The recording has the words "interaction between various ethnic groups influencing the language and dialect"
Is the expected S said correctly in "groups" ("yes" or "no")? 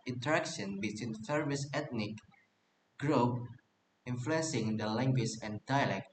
no